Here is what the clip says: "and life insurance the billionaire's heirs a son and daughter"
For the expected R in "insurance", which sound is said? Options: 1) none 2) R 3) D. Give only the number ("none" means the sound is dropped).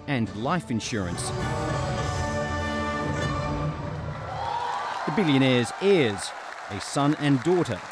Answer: 2